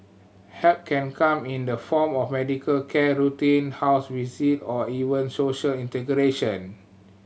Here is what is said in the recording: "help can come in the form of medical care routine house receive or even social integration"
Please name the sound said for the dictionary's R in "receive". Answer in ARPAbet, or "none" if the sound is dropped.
W